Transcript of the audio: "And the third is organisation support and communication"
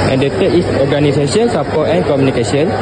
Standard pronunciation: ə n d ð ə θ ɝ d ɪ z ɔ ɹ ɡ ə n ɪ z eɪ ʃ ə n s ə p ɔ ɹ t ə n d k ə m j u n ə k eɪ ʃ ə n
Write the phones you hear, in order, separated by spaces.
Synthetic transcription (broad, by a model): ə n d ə t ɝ ɪ s ɔ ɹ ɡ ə n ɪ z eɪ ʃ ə n s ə p ɔ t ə n k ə m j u n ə k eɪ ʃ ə n